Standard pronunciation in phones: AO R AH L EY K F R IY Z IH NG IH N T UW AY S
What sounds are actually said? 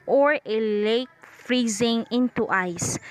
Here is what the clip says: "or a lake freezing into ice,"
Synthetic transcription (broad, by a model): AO R AH L EY K F R IY Z IH NG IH N T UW AY S